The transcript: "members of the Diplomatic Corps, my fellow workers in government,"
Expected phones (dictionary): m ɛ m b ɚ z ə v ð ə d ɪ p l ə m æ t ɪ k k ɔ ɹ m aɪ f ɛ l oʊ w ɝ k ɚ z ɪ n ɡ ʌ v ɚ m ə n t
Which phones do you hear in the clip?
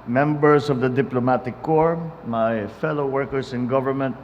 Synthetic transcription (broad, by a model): m ɛ m b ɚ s ə v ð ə d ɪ p l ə m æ t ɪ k k ɔ ɹ m aɪ f ɛ l oʊ w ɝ k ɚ s ɪ n ɡ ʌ v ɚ m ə n t